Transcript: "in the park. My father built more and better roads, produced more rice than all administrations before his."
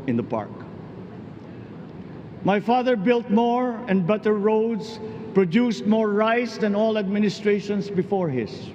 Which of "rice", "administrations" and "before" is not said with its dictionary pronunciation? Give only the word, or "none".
administrations